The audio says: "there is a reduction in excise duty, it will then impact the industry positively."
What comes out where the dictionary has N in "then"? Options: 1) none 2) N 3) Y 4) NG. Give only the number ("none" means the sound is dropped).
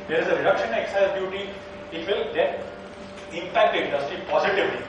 1